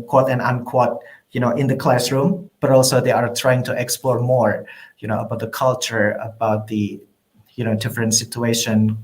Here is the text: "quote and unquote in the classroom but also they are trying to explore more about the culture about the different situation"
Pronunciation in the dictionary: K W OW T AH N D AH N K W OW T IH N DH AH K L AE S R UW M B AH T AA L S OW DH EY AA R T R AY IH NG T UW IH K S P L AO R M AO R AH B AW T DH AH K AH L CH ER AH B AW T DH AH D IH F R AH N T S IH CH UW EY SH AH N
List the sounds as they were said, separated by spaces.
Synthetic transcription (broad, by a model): K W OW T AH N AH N K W OW T IH N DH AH K L AE S R UW M B AH T AA L S OW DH EY AA R T R AY IH NG T UW IH K S P L AO R M AO R AH B AW T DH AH K AH L CH ER AH B AW T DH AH D IH F R AH N T S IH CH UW EY SH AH N